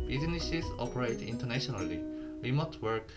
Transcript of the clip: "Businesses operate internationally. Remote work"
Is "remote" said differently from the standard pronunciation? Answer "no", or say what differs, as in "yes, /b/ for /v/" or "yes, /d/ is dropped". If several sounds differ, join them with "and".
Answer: yes, /w/ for /ɹ/